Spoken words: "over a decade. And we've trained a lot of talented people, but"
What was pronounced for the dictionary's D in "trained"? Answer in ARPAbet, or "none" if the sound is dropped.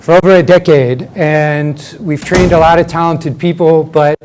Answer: D